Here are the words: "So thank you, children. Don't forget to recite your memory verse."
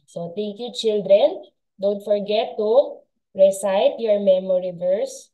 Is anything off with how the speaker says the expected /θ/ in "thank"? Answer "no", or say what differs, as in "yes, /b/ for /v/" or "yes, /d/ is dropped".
yes, /t/ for /θ/